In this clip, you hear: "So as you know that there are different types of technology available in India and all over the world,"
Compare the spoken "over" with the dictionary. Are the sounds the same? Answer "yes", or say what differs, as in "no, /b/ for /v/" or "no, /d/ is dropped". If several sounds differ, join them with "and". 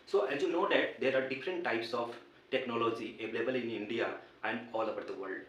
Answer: no, /b/ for /v/